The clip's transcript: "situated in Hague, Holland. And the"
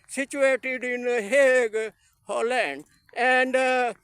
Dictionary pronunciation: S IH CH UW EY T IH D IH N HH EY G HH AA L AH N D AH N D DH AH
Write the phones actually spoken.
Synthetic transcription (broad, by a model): S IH CH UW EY T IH D IH N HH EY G HH AA L AH N D AH N D